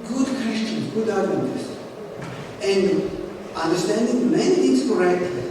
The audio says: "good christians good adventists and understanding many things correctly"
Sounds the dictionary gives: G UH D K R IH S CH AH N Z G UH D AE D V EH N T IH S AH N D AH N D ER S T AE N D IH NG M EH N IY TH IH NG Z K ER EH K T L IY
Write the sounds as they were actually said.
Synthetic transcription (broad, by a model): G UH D K W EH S CH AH N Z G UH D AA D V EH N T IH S AH N D AH N D ER S T AE N D IH NG M EH N IY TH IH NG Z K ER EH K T